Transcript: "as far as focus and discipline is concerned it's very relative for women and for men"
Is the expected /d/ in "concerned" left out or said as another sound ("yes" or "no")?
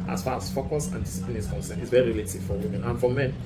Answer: yes